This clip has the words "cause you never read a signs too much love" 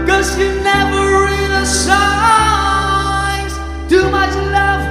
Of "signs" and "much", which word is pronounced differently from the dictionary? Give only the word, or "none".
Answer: signs